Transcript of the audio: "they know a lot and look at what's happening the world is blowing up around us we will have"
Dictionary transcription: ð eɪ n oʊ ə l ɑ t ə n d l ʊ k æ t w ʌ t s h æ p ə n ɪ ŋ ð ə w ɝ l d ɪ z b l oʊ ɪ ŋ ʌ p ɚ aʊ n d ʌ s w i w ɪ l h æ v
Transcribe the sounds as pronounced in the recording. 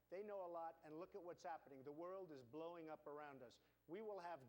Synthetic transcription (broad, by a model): ð eɪ n oʊ ə l ɑ t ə n l ʊ k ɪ t w ʌ t s h æ p ə n ɪ ŋ ð ə w ɝ l d ɪ z b l oʊ ɪ ŋ ʌ p ɚ aʊ n d ʌ s w i w ɪ l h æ v